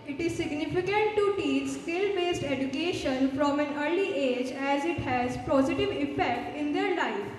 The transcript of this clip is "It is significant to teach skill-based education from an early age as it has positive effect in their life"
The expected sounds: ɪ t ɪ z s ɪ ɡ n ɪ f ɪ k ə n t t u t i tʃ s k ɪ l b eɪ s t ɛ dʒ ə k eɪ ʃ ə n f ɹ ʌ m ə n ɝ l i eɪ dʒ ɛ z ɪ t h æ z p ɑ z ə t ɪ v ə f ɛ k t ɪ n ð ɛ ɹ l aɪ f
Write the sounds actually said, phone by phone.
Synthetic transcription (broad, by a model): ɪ t ɪ z s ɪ ɡ n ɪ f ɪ k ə n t t u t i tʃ s k ɪ l b eɪ s t ɛ dʒ ə k eɪ ʃ ə n f ɹ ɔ m ə n ɝ l i eɪ dʒ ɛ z ɪ t h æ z p ɑ z ə t ɪ v ə f ɛ k t ɪ n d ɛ ɹ l aɪ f